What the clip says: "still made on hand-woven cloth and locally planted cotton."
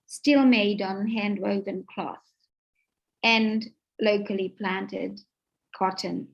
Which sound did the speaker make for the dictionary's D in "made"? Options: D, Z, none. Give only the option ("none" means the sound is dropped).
D